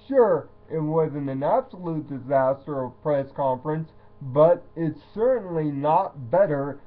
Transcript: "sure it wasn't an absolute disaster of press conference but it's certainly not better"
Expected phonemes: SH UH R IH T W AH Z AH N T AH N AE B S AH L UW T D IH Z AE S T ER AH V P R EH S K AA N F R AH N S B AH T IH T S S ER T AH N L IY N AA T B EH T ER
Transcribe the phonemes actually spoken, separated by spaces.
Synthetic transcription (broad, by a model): SH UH R IH T W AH Z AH N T AH N AE B S AH L UW T D IH Z AE S T ER AH V P R EH S K AA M F R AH N S B AH T IH T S S ER T N L IY N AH T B EH T ER